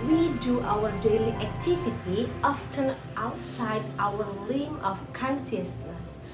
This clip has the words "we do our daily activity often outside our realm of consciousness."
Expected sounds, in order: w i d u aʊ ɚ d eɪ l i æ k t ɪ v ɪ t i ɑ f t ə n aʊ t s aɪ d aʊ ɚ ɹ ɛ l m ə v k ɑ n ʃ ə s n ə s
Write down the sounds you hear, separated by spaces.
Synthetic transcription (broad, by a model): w i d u aʊ ɚ d eɪ l i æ k t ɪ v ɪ t i ɑ f t ə n aʊ t s aɪ d aʊ ɚ l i m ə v k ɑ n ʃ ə s n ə s